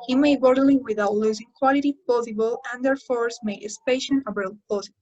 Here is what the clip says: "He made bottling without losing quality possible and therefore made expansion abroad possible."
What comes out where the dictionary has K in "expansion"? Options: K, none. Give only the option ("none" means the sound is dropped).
none